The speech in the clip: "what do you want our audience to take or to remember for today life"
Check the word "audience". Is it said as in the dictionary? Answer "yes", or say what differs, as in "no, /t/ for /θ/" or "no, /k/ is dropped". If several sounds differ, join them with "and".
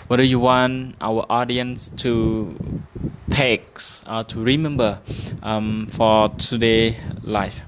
yes